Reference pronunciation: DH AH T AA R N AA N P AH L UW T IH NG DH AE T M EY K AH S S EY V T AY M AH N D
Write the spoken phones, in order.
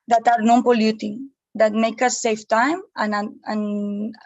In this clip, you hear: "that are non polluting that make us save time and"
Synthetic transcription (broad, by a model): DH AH T AA R N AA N P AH L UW T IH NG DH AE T M EY K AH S S EY F T AY M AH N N